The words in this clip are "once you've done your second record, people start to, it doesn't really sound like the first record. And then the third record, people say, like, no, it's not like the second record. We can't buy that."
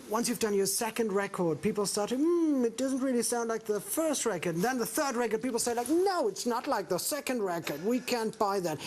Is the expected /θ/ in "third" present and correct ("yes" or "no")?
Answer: yes